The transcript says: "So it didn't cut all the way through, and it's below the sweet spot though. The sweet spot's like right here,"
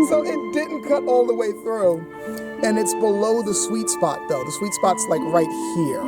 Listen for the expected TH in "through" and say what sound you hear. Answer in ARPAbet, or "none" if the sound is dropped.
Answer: TH